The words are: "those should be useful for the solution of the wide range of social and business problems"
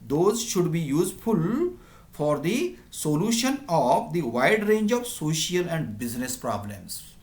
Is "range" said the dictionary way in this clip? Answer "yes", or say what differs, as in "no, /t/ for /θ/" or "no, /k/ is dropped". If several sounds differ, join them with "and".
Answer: yes